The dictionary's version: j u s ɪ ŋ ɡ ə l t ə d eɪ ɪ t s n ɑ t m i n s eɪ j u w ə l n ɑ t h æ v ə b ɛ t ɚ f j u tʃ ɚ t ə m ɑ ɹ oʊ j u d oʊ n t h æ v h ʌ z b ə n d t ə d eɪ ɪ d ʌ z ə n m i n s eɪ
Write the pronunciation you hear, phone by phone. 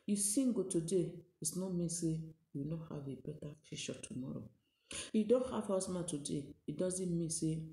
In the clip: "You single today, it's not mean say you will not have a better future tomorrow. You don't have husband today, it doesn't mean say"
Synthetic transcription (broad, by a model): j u s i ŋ ɡ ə t ə d eɪ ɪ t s n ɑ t m i n s eɪ j u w n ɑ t h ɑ v ə b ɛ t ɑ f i ʃ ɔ t ə m ɑ ɹ oʊ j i d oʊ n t h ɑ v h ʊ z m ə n t ə d eɪ ɪ d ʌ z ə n m i n s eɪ